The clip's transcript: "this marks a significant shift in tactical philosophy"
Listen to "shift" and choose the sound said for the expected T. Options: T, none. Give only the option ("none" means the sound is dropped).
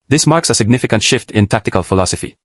T